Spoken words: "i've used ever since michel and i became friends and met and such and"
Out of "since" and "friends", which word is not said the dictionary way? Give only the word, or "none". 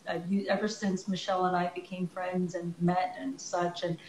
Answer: none